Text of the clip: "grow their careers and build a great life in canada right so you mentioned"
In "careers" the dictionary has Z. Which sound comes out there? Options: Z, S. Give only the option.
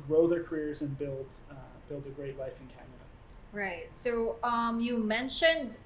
Z